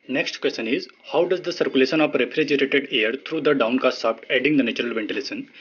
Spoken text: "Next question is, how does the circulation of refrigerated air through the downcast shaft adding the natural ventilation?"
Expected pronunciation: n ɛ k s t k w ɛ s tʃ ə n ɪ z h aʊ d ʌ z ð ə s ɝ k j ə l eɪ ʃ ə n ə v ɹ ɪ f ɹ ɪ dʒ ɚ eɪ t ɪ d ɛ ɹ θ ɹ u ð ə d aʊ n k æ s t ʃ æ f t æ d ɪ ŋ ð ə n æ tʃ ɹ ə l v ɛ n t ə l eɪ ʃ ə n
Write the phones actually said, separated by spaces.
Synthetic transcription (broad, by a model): n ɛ k s t k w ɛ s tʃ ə n ɪ z h aʊ d ʌ z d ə s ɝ k j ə l eɪ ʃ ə n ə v ɹ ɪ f ɹ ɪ dʒ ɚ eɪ t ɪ d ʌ ɹ t ɹ u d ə d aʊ n k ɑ s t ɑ p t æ d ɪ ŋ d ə n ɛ tʃ ɹ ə l v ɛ n t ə l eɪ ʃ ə n